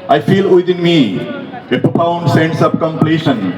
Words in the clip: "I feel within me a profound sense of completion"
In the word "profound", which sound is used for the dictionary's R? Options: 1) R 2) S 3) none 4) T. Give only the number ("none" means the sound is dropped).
3